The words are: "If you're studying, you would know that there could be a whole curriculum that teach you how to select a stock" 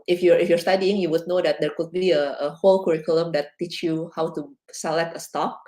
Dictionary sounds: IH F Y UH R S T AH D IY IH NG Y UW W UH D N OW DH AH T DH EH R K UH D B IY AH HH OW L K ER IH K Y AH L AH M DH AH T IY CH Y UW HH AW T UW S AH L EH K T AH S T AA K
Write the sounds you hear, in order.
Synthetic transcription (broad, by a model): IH F Y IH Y S T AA D IY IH NG Y UW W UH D N OW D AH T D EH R K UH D B IY AH HH OW L K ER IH K Y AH L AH M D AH T IY CH Y UW HH AW T UW S AH L EH K T AH S T AA K